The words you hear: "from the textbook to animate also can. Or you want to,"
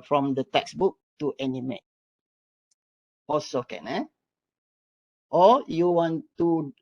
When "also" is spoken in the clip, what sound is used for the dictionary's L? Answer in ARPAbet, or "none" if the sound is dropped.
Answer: none